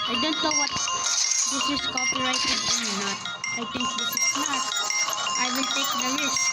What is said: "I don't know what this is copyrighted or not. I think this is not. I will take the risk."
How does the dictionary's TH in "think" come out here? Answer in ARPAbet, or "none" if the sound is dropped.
T